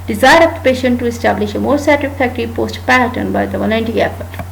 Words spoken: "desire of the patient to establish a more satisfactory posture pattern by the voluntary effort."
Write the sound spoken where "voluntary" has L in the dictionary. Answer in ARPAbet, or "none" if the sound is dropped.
N